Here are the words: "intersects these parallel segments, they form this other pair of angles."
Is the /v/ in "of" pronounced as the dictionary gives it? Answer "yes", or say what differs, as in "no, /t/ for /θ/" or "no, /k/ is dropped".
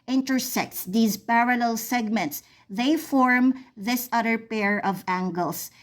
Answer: yes